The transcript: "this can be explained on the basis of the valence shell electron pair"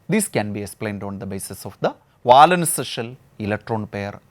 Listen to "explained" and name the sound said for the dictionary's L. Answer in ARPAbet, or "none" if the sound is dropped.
L